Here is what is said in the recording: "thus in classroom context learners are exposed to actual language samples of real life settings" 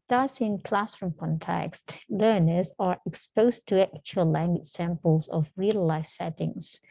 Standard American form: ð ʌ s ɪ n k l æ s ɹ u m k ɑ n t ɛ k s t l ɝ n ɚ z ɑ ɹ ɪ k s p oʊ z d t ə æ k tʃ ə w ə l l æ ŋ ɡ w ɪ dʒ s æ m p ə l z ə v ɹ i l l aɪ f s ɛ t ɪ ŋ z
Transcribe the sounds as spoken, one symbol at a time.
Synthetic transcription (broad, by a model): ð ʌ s ɪ n k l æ s ɹ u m k ɑ n t ɛ k s t l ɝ n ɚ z ɑ ɹ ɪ k s p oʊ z t ə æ k tʃ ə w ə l l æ ŋ ɡ w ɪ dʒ s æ m p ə l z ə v ɹ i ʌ l aɪ f s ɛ t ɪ ŋ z